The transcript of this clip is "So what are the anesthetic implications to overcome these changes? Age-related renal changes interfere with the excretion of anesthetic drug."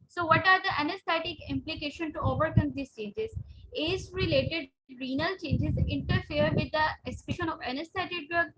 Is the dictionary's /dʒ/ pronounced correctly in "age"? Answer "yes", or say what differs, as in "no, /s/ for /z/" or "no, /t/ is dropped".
no, /z/ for /dʒ/